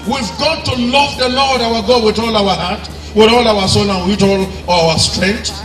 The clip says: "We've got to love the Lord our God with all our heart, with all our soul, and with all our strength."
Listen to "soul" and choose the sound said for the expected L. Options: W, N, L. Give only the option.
N